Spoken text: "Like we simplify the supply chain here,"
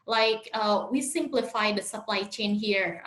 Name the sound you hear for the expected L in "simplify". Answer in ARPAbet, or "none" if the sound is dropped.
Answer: L